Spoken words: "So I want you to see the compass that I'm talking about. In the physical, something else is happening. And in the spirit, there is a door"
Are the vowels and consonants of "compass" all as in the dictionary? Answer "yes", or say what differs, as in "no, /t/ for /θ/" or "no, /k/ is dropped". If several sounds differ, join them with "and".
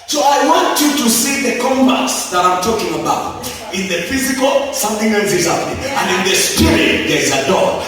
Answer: no, /b/ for /p/